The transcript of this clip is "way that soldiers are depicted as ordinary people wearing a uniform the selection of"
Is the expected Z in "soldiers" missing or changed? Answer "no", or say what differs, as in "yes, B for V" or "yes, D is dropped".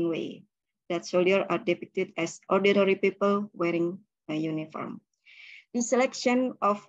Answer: yes, Z is dropped